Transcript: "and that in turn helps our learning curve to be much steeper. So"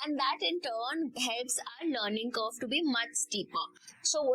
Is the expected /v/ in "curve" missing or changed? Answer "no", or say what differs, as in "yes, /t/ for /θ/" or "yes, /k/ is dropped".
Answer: yes, /f/ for /v/